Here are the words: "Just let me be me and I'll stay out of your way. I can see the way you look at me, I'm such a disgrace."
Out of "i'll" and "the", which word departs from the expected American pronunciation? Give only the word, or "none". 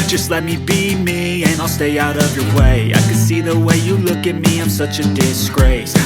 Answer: none